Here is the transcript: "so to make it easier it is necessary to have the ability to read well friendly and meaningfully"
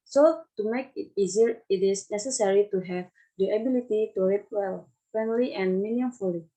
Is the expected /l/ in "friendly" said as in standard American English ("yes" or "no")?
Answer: yes